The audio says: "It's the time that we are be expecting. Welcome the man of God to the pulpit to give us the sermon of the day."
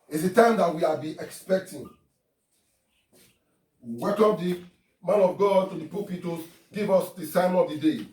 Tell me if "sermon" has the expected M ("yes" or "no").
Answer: no